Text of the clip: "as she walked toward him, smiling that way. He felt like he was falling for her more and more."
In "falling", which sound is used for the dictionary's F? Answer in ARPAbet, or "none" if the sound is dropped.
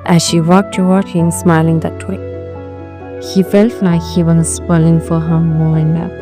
P